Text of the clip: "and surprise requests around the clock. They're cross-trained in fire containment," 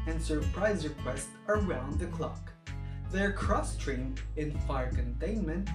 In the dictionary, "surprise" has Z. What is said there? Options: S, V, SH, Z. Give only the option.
Z